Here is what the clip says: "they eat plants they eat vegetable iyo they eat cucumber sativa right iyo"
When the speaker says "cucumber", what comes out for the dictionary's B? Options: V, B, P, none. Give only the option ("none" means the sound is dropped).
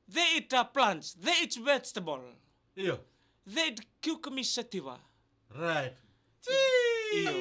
none